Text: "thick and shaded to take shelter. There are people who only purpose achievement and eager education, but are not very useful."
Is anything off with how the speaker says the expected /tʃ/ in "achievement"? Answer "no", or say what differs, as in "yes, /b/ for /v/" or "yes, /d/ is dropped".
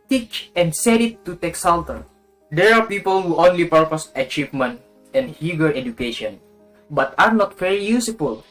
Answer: no